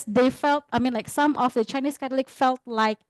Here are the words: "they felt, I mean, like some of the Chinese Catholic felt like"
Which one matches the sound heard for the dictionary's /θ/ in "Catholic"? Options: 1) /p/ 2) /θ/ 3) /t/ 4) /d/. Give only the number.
3